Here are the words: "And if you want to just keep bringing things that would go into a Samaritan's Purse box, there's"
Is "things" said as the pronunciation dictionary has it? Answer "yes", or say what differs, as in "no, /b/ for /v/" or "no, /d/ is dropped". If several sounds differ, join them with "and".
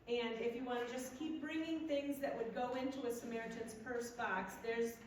yes